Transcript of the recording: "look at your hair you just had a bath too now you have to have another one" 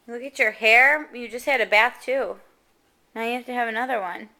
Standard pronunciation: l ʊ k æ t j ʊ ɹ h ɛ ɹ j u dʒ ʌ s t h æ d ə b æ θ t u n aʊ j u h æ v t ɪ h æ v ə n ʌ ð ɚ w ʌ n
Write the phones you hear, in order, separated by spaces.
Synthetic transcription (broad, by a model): l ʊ k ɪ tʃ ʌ ɹ h ɛ ɹ j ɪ dʒ ʌ s t h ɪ d ə b æ θ t u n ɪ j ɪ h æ f t ɪ v ə n ʌ ð ɚ w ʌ n